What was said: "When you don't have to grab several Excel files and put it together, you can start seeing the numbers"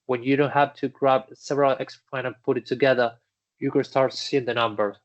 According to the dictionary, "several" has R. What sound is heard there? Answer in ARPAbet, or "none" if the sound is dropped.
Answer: R